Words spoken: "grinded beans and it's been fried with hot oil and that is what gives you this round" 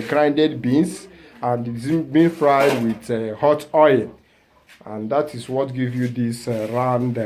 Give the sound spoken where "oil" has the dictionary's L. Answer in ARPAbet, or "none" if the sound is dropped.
N